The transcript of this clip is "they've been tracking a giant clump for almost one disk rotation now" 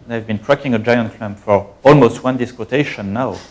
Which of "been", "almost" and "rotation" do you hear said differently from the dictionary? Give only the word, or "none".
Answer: rotation